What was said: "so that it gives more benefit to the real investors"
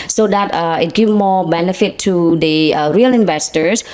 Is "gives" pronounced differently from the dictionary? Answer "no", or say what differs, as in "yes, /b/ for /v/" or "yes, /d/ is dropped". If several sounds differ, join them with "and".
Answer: yes, /z/ is dropped